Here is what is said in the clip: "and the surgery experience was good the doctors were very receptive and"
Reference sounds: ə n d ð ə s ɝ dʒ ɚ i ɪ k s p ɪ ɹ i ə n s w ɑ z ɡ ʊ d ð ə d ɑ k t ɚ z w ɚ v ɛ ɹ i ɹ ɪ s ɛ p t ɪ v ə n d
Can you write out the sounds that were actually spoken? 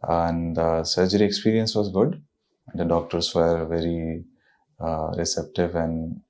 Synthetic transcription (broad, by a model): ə n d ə s ɝ dʒ ɚ i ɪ k s p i ɹ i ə n s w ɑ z ɡ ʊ d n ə d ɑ k t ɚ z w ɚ v ɛ ɹ i ɹ ɪ s ɛ p t ɪ v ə n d